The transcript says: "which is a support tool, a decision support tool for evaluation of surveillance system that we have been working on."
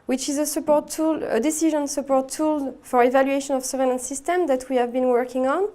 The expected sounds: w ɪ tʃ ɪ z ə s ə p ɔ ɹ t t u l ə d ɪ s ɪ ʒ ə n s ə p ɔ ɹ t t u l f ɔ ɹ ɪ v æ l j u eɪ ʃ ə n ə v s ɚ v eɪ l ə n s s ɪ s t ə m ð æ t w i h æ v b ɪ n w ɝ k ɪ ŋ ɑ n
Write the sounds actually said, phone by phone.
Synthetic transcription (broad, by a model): w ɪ tʃ ɪ z ə s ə p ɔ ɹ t t u l ə d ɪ s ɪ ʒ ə n s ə p ɔ ɹ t t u l f ɔ ɹ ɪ v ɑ l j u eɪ ʃ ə n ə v s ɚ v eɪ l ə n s s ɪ s t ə m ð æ t w i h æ v b ɪ n w ɝ k ɪ ŋ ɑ n